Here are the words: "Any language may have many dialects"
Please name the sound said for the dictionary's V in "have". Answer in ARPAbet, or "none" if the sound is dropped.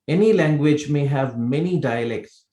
V